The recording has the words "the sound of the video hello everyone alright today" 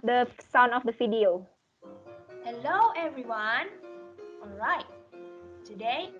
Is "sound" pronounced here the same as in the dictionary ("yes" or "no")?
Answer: no